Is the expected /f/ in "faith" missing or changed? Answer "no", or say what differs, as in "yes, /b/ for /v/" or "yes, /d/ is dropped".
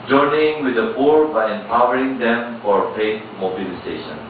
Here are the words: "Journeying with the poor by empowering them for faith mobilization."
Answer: yes, /p/ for /f/